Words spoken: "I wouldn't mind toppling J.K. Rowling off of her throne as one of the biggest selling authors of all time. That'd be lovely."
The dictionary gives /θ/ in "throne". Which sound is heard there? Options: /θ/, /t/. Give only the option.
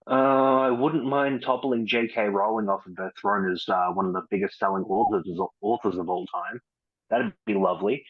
/θ/